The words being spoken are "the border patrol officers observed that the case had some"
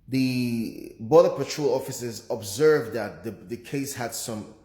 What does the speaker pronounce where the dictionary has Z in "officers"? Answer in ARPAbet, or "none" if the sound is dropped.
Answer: Z